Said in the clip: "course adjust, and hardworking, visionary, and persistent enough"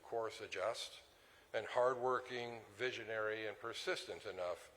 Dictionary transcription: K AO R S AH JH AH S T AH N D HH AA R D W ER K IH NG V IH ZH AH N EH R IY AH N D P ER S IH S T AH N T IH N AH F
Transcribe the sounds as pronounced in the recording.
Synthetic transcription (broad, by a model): K AO R S AH JH AH S T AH N HH AA R D W ER K IH NG V IH ZH AH N EH R IY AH N P ER S IH S T AH N T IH N AH F